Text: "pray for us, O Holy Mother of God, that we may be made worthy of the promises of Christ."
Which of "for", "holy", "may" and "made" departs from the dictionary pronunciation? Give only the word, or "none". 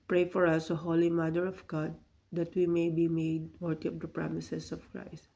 none